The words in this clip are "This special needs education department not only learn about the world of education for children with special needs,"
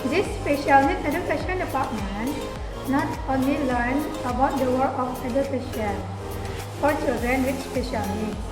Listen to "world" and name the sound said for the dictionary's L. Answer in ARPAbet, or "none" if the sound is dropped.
none